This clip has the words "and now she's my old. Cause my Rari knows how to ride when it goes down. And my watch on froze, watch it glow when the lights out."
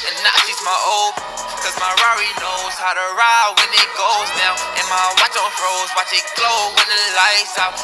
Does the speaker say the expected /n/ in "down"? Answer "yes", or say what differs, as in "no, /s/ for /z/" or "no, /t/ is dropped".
no, /n/ is dropped